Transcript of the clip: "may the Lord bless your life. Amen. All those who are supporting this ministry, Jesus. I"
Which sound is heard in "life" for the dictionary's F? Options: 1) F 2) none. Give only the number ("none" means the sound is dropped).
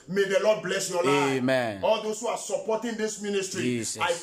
2